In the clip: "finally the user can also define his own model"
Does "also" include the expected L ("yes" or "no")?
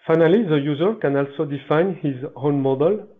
yes